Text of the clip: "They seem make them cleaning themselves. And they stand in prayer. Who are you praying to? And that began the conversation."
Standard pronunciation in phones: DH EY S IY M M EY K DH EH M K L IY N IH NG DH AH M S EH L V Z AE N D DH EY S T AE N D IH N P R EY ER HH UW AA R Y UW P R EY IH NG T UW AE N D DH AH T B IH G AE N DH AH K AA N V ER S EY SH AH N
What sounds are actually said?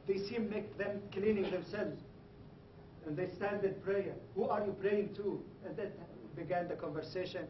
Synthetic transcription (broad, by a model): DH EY S IY M M EY K DH EH M K L IY N IH NG DH AH M S EH L V Z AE N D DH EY S T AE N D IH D P R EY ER HH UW AA R Y UW P R EY IH NG T UW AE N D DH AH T B IH G AE N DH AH K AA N V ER S EY SH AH N